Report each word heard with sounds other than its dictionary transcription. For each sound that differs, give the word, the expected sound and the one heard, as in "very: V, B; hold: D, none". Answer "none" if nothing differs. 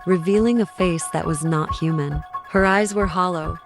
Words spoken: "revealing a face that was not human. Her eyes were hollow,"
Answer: none